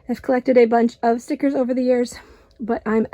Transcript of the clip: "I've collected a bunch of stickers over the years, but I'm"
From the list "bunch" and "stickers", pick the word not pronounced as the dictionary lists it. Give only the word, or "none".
none